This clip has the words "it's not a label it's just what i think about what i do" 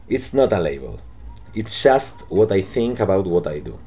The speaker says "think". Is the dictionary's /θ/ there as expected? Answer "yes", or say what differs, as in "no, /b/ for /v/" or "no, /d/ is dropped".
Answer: yes